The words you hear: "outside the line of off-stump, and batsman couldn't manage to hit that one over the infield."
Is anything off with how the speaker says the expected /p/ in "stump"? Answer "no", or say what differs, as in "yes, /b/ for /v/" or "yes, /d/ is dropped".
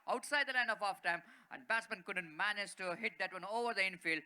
yes, /p/ is dropped